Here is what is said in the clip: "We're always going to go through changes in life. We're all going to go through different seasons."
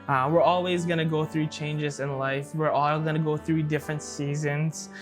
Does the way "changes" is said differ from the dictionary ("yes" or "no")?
no